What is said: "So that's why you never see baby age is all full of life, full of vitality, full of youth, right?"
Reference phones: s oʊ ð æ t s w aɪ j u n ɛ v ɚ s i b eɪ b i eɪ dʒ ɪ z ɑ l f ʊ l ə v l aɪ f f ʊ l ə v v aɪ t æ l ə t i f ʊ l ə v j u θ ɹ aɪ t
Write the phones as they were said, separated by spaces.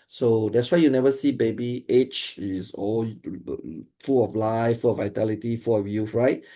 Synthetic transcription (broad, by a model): s oʊ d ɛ t s w aɪ j u n ɛ v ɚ s i b eɪ b i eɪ tʃ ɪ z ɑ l f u l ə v l aɪ f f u l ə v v aɪ t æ l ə t i f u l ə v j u f ɹ aɪ t